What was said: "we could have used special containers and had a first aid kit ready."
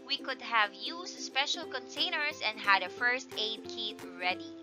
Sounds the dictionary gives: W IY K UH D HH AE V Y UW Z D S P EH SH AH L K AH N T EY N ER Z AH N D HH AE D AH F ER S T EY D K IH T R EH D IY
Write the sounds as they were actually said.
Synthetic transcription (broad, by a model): W IY K UH D HH AE V Y UW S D S P EH SH AH L K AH N T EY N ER S AH N D HH AE D AH F ER S T EY D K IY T R EH D IY